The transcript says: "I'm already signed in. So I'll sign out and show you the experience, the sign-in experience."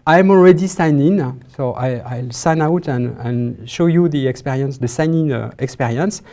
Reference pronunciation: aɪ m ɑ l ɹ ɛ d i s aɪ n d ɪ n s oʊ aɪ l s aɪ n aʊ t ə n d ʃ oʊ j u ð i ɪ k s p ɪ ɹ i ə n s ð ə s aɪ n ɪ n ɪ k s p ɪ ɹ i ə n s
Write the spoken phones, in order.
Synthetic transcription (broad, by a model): aɪ m ɑ l ɹ ɛ d i s aɪ n ɪ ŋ s oʊ aɪ l s aɪ n aʊ t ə n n ʃ oʊ j u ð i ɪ k s p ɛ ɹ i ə n s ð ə s aɪ n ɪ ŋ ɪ k s p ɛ ɹ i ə n s